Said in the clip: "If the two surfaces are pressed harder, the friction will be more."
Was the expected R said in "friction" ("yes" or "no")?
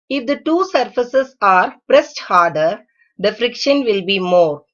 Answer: yes